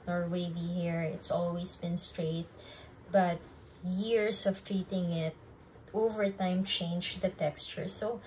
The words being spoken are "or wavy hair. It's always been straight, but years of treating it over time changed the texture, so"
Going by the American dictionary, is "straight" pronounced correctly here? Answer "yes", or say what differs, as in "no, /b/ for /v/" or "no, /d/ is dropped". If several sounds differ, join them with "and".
yes